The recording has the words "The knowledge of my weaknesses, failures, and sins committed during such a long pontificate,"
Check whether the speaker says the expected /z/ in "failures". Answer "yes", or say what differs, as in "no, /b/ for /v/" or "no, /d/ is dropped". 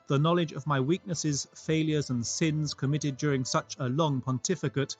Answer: yes